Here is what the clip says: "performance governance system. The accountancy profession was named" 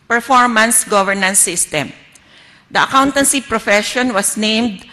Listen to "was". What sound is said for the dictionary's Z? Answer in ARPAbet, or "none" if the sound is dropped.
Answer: S